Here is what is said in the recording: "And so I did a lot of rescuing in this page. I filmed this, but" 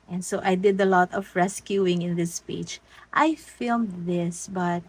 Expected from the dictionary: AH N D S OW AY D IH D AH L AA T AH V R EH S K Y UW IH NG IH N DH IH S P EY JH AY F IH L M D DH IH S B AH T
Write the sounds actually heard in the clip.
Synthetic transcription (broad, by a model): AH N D S OW AY D IH D AH L AA T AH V R EH S K Y UW IH NG IH N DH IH S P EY CH AY F IH L M D DH IH S B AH T